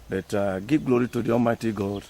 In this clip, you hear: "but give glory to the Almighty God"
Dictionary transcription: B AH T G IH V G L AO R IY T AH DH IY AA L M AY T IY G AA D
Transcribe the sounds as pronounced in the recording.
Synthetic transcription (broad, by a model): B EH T G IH G L AO R IY T AH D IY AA M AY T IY G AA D